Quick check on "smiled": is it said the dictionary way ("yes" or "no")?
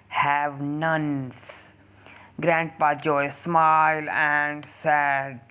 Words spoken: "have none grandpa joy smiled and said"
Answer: no